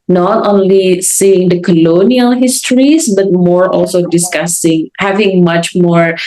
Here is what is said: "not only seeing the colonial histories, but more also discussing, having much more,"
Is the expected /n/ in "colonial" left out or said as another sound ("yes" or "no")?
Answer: no